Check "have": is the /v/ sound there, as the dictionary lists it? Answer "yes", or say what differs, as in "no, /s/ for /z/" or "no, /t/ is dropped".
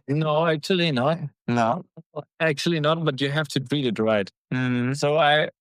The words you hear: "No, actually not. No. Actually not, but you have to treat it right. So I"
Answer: no, /f/ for /v/